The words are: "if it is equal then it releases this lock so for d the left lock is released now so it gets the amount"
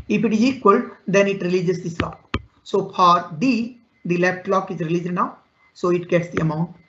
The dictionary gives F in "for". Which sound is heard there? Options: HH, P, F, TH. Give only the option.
P